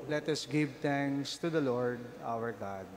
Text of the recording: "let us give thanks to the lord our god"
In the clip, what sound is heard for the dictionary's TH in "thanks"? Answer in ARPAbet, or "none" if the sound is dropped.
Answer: T